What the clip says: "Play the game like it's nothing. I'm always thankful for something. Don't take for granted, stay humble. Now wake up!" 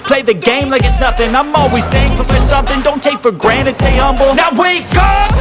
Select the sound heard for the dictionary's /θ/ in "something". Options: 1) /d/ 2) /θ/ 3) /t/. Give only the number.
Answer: 2